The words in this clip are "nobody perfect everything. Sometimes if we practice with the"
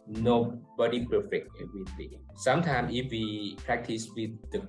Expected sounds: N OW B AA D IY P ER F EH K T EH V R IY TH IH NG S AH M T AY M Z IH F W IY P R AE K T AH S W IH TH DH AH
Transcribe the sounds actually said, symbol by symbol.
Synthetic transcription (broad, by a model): N OW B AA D IY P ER F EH K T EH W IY T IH S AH M T AY M S IH F W IY P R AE K T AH S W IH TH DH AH